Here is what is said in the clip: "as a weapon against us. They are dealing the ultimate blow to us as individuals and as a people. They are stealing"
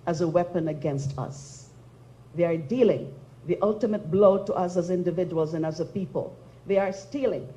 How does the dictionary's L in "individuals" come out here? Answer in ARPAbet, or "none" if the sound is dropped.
L